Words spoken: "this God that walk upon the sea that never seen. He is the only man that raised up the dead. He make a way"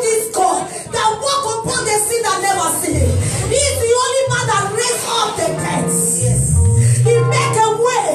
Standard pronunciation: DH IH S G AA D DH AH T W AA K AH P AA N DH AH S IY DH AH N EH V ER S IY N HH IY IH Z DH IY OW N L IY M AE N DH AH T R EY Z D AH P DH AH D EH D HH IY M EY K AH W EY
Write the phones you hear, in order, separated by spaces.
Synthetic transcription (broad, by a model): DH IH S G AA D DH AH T W AA K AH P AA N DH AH S IY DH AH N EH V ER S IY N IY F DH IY OW N L IY M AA N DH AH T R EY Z AO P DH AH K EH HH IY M EY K AH W EY